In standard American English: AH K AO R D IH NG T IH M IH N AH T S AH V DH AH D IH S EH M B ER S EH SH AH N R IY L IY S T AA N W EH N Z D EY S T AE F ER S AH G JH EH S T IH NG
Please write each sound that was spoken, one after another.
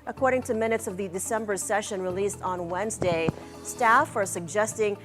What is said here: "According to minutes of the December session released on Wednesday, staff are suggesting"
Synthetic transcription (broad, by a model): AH K AO R D IH NG T IH M IH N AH T S AH V DH AH D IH S EH M B ER S EH SH AH N R IY L IY S T N W EH N Z D EY S T AE F ER S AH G JH EH S T IH NG